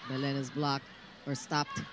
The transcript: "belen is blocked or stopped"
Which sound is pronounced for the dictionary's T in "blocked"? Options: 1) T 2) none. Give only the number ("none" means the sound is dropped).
2